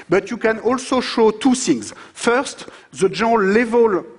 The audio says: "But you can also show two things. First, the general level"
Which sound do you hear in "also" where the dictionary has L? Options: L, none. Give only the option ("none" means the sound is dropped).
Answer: L